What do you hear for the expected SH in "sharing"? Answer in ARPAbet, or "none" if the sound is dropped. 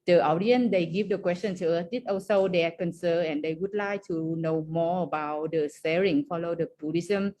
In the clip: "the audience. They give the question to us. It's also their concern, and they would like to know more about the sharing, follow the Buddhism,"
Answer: S